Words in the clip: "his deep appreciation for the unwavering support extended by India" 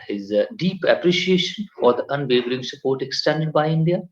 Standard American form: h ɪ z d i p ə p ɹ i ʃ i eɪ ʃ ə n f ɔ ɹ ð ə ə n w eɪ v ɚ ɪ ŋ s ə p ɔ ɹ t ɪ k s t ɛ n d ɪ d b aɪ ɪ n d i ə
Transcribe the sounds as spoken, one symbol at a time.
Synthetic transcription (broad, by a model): h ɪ z d i p ə p ɹ i ʃ i eɪ ʃ ə n f ɔ ɹ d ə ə n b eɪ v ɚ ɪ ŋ s ə p ɔ ɹ t ɪ k s t ɛ n d ɪ d b aɪ ɪ n d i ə